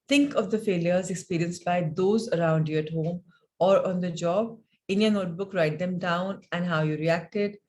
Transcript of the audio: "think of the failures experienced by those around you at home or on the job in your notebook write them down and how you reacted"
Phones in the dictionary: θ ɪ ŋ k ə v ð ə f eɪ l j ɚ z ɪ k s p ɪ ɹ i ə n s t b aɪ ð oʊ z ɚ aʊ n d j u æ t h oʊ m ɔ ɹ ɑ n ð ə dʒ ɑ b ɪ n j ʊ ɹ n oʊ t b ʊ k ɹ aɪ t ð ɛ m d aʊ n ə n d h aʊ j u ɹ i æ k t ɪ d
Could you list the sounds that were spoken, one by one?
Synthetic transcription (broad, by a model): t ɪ ŋ k ə v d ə f eɪ l j ɚ z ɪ k s p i ɹ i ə n s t b aɪ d oʊ z ɚ aʊ n d j u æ t h oʊ m ɔ ɹ ɑ n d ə dʒ ɑ b ɪ n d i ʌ n oʊ t b ʊ k ɹ aɪ t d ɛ m d aʊ n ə n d h aʊ j u ɹ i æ k t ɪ d